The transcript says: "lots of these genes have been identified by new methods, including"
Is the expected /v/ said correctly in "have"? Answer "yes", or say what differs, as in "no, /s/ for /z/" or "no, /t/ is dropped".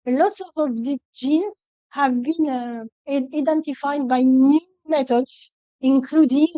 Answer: yes